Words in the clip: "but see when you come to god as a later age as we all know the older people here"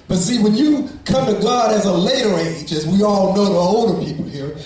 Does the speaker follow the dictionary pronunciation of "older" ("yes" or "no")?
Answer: yes